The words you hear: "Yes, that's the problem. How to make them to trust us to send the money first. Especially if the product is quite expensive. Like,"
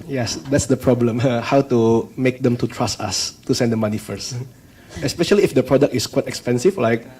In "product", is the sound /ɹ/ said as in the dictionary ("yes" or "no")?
yes